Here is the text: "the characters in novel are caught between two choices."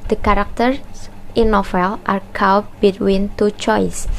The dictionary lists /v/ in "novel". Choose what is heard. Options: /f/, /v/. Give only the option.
/f/